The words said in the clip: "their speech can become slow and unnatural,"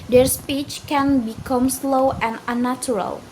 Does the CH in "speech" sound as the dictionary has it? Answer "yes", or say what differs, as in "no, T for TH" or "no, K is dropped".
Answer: yes